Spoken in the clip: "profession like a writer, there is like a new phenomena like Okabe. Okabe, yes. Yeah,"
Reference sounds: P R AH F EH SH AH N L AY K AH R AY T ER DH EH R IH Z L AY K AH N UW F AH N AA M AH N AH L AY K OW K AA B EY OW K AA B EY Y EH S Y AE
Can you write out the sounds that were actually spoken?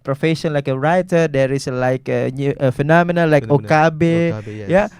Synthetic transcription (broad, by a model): P R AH F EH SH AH N L AY K AH R AY T ER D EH R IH S L AY K AH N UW F AH N AA M AH N AH L AY K OW K AA B EY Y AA